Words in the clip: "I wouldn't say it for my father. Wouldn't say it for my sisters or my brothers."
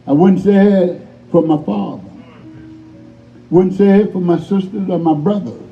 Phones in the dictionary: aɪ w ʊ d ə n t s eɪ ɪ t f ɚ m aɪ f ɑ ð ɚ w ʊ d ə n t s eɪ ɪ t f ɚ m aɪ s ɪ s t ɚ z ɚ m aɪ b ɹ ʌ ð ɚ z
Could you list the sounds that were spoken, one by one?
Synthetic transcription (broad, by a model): aɪ w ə n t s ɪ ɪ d f ɚ m aɪ f ɑ ð ɚ w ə n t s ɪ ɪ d f ɚ m aɪ s ɪ s t ɚ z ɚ m aɪ b ɹ ʌ ð ɚ